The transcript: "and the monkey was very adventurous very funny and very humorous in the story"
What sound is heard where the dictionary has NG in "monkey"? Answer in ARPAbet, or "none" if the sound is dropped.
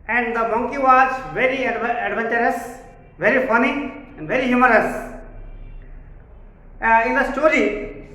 NG